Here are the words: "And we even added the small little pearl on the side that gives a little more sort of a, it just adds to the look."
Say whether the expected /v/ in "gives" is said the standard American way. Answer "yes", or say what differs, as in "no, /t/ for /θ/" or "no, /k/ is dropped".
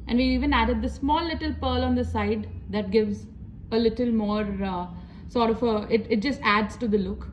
yes